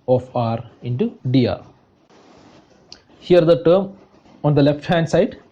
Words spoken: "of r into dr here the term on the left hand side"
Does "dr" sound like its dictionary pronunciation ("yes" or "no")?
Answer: no